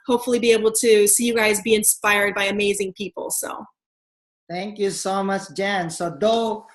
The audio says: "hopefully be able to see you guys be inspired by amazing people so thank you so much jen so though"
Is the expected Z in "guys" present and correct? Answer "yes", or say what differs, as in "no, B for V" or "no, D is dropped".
yes